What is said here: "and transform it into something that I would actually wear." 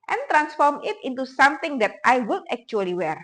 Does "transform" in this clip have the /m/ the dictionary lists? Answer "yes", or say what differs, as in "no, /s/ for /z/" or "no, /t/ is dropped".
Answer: yes